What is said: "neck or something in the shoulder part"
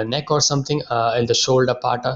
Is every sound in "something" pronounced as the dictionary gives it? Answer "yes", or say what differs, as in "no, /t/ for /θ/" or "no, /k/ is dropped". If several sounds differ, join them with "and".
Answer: no, /t/ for /θ/